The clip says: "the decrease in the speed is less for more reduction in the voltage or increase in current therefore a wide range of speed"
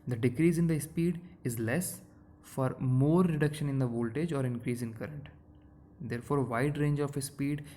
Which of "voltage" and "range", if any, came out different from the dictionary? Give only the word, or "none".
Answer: none